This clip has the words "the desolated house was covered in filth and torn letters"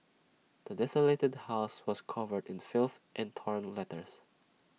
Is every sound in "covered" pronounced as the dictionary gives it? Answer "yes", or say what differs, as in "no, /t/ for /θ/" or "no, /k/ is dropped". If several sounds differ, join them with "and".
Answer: yes